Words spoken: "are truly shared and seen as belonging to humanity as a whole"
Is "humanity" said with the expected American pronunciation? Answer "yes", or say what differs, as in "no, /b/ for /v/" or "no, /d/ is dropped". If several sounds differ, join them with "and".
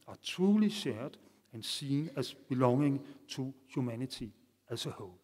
no, /s/ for /t/